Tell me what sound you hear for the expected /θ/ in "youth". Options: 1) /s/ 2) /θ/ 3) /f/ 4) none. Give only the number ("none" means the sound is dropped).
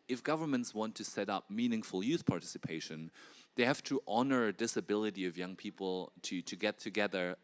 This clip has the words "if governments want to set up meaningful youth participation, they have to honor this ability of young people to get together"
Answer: 2